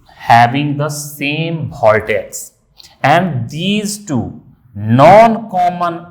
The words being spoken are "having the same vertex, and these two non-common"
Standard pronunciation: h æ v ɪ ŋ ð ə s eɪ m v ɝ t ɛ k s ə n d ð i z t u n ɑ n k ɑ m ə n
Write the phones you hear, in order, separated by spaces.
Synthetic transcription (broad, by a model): h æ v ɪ ŋ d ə s eɪ m b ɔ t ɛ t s ə n d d i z t u n ɑ n k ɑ m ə n